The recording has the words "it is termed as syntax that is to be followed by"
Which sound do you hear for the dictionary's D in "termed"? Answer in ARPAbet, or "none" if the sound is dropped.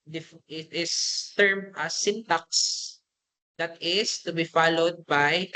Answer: none